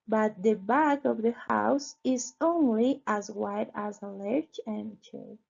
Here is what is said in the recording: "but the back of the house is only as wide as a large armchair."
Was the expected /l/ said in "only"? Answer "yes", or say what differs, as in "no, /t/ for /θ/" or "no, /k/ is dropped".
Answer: yes